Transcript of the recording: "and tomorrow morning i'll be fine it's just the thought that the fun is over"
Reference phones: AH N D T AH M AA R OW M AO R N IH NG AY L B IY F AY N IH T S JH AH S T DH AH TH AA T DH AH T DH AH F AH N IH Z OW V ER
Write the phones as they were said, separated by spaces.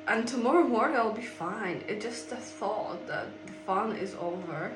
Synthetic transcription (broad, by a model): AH N T AH M AA R OW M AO R IH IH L B IY F AY N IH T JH AH S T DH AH TH AA T DH AH T DH AH F AH N IH Z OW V ER